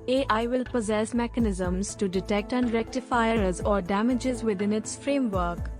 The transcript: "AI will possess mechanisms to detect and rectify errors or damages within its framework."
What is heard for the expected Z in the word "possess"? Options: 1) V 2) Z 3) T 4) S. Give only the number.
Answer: 2